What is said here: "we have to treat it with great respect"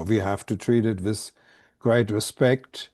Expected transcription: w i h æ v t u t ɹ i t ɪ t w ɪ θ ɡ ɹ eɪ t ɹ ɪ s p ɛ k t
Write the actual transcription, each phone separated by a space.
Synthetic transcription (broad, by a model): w i h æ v t u t ɹ i t ɪ t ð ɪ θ ɡ ɹ eɪ t ɹ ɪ s p ɛ k t